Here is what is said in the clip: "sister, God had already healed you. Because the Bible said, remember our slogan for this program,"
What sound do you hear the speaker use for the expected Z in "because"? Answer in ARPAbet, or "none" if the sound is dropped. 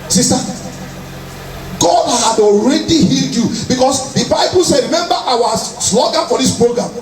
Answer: S